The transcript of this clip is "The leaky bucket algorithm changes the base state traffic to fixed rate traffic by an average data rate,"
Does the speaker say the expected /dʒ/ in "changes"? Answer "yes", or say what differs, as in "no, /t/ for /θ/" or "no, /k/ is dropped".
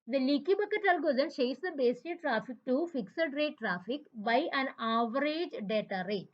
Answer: no, /ʃ/ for /dʒ/